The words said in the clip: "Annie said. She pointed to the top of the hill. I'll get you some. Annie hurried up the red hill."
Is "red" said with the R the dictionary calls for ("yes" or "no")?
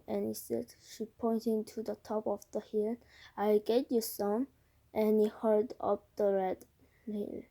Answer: yes